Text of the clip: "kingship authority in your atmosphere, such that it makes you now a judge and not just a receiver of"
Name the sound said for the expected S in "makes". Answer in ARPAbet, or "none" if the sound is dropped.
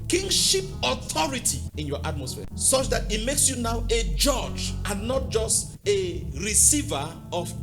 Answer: S